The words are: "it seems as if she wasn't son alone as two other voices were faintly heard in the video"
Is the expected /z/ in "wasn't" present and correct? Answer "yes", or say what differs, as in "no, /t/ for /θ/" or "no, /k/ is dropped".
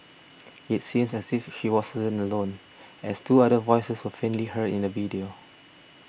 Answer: no, /s/ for /z/